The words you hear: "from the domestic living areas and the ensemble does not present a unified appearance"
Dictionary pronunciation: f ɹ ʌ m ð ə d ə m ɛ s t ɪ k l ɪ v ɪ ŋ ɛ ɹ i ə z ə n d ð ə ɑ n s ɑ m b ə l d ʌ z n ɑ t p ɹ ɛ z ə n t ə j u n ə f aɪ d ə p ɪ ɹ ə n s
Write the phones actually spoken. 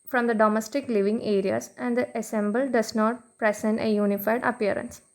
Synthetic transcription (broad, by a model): f ɹ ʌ m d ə d ə m ɛ s t ɪ k l ɪ v ɪ ŋ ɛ ɹ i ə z ə n d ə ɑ s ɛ m b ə l d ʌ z n ɑ t p ɹ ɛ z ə n t ə j u n ə f aɪ d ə p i ɹ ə n s